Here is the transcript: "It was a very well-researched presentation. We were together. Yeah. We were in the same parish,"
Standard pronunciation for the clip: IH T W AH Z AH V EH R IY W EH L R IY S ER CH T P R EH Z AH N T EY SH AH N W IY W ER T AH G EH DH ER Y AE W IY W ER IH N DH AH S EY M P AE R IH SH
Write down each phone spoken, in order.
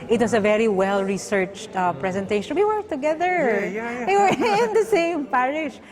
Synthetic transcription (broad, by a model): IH T W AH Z AH V EH R IY W EH L R IY S ER CH T P R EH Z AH N T EY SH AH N W IY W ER T AH G EH DH ER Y W IY W ER IH N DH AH S EY M P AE R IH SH